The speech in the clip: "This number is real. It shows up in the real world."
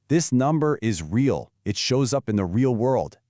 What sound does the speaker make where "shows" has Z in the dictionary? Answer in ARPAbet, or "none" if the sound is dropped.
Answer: Z